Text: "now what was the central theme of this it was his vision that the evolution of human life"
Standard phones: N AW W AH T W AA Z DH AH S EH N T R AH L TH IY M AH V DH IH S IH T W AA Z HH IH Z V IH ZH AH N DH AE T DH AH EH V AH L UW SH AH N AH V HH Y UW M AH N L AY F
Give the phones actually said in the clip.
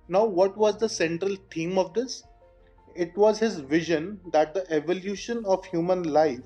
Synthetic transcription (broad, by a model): N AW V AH T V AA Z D AH S EH N T R AH L T IY M AH V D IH S IH T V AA Z HH IH Z V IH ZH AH N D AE T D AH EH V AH L UW SH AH N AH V HH Y UW M AH N L AY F